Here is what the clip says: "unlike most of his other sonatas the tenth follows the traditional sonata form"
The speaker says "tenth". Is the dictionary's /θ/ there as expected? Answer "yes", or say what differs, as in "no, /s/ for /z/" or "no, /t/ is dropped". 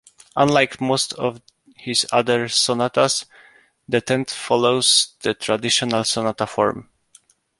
no, /t/ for /θ/